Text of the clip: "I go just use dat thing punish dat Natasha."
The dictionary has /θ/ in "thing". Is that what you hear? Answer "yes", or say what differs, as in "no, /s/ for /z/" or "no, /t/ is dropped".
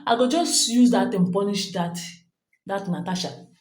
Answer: no, /t/ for /θ/